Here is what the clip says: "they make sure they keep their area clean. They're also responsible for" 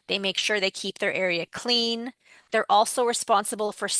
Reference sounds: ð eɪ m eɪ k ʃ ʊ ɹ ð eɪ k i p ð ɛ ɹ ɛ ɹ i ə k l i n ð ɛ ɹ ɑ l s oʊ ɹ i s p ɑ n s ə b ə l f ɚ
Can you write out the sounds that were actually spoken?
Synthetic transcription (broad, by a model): ð eɪ m eɪ k ʃ ʊ ɹ ð eɪ k i p ð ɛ ɹ ɛ ɹ i ə k l i n ð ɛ ɹ ɑ l s oʊ ɹ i s p ɑ n s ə b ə l f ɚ